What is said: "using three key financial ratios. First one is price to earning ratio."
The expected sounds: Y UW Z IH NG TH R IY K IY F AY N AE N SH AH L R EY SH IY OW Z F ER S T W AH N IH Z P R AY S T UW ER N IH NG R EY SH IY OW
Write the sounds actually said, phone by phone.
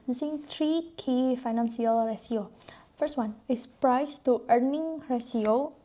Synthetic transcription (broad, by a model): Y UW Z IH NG T R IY K IY F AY N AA N S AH L R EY S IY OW F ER S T W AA N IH S P R AY S T UW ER N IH NG R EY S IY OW